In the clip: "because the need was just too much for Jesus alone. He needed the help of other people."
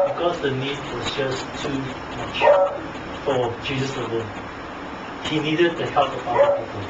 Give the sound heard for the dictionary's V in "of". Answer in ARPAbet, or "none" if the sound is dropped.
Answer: P